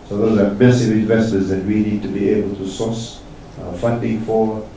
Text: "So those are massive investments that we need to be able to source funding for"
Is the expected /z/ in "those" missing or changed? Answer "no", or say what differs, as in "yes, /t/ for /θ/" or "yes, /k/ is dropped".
yes, /z/ is dropped